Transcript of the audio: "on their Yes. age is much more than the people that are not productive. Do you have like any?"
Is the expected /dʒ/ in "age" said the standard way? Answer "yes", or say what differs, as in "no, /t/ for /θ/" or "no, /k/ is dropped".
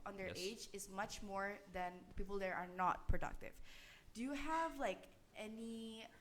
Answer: yes